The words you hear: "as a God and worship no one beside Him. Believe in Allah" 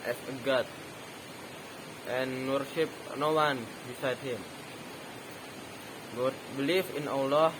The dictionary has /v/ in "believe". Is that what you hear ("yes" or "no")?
no